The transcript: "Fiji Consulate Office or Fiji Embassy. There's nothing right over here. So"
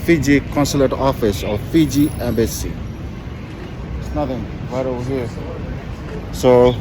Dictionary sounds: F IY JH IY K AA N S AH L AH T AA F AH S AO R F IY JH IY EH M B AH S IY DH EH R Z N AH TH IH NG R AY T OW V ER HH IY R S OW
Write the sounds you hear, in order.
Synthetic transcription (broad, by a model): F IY JH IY K AA N S AH L AH T AA F AH S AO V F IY JH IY EH M B AH S IY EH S N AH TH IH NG W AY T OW W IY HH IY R S OW